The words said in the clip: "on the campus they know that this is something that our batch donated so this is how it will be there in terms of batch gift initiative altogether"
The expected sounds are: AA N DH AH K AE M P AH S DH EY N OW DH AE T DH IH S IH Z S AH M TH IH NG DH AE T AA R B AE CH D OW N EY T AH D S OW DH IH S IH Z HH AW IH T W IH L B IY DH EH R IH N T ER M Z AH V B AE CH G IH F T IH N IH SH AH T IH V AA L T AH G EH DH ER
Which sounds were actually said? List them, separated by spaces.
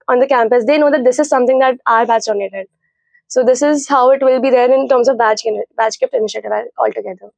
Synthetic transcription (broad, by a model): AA N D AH K AE M P AH S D EY N OW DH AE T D IH S IH Z S AH M T IH NG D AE T AA R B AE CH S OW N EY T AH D S OW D IH S IH Z HH AW IH T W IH L B IY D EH R IH N T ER M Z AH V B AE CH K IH P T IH N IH SH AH T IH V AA L T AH G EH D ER